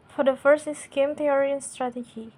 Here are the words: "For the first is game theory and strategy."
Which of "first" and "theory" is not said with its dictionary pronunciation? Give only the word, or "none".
theory